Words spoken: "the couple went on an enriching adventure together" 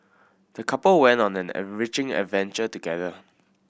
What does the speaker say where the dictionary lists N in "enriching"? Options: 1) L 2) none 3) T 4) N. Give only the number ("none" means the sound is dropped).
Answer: 2